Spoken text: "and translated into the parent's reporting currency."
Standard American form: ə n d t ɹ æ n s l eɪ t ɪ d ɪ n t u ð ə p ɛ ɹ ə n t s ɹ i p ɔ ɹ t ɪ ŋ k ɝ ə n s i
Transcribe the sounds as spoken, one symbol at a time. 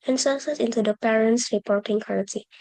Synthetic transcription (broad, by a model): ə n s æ s eɪ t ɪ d ɪ n t u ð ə p ɛ ɹ ə n t s ɹ i p ɔ ɹ t ɪ ŋ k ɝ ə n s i